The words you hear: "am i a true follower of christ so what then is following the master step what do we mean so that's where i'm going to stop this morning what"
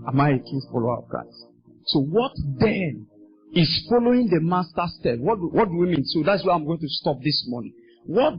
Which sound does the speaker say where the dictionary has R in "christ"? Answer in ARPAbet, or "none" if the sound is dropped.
none